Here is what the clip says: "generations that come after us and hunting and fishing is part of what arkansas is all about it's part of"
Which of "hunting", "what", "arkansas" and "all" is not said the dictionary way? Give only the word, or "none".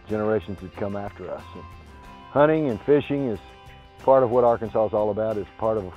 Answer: hunting